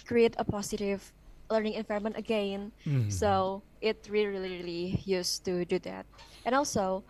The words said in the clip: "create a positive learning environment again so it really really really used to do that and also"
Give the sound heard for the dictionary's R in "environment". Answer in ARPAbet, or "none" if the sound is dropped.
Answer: none